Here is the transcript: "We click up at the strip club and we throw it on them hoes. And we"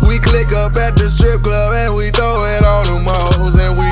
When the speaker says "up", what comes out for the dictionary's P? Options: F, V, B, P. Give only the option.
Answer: B